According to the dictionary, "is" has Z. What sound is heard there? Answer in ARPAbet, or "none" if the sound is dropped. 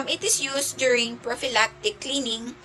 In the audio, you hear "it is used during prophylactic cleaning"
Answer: S